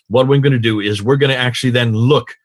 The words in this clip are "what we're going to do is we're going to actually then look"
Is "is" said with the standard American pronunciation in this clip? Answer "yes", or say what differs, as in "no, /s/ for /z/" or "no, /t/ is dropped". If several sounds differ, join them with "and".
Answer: yes